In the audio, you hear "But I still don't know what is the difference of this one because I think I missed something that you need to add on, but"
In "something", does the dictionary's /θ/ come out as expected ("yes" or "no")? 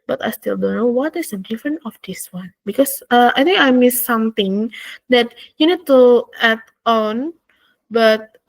no